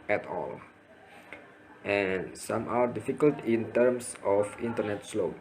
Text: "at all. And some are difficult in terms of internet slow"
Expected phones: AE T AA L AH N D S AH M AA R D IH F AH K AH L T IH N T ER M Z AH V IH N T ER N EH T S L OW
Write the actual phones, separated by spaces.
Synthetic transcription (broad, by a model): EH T AA L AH N S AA M AA W D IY F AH K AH L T IH N T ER M S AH F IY N T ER N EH T S L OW